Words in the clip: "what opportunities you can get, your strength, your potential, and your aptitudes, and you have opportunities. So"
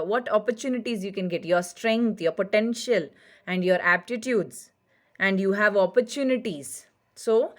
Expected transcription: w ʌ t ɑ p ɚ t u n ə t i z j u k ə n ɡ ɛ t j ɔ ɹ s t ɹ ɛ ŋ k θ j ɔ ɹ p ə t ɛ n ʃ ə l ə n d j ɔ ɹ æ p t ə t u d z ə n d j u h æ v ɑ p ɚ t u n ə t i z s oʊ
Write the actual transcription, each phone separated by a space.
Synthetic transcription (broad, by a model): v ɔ t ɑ p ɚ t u n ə t i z j u k ə n ɡ ɛ t j ɔ ɹ s t ɹ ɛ ŋ k t j ɔ ɹ p ə t ɛ n ʃ ə l ə n d j ɔ ɹ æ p t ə t u d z ə n d j u h æ v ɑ p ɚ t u n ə t i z s oʊ